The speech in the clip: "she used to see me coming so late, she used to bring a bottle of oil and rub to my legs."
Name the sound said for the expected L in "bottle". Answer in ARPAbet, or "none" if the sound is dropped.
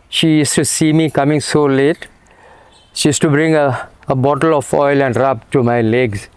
L